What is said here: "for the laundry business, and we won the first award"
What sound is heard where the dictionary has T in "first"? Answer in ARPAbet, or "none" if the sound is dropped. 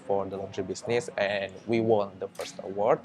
T